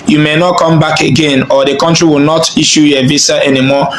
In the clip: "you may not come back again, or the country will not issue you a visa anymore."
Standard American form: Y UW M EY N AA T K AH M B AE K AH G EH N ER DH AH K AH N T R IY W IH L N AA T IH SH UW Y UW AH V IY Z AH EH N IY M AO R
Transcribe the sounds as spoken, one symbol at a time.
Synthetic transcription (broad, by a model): Y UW M EY N AA T K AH M B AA K AH G EH N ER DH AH K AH N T R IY W IH L N AA T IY SH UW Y AH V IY S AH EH N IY M AO